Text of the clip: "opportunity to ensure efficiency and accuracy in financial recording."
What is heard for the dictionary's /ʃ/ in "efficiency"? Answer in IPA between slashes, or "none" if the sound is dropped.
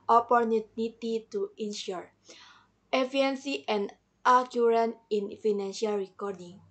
none